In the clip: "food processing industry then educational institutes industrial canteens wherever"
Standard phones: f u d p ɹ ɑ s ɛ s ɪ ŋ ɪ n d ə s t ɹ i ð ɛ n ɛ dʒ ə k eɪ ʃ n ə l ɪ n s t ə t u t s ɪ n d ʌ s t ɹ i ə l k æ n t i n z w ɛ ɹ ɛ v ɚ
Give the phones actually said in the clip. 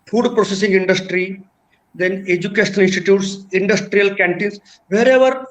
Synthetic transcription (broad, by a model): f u d p ɹ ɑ s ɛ s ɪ ŋ ɪ n d ə s t ɹ i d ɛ n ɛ dʒ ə k eɪ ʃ ə n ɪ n s t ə t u t s ɪ n d ʌ s t ɹ i ə l k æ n t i n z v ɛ ɹ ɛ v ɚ